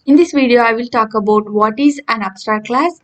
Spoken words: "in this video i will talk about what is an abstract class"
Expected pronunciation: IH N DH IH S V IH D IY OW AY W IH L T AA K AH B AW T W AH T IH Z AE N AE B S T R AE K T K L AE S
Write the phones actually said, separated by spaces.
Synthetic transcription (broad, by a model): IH N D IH S V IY D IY OW AY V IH L T AA K AH B AW T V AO T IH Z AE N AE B S T AA T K L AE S